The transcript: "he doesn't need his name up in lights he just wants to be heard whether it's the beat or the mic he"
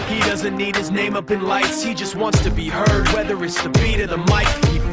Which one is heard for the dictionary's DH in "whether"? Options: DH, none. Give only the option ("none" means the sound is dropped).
DH